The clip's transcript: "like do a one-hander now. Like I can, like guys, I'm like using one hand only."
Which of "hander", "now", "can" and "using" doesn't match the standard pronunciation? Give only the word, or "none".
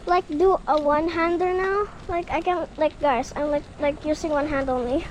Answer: using